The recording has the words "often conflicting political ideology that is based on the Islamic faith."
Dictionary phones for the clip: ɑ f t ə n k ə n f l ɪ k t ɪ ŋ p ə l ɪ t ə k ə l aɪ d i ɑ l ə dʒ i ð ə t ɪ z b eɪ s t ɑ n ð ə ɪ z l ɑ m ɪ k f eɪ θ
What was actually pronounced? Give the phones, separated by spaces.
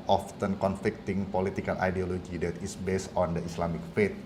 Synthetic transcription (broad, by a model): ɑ f t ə n k ə n f l ɪ k t ɪ ŋ p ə l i t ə k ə l aɪ d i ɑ l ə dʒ i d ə t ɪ s b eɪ s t ɑ n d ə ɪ s l ɑ m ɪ k f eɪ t